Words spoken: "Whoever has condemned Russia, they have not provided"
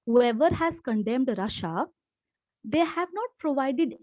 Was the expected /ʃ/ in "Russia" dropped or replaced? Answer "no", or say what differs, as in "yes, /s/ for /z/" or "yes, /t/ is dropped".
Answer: no